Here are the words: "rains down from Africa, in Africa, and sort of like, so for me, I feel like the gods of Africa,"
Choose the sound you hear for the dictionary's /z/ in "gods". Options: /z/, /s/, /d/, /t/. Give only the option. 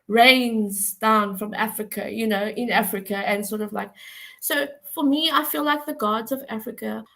/z/